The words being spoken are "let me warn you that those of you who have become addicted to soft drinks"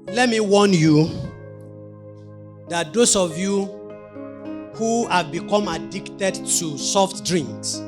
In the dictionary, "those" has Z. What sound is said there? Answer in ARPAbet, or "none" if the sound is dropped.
S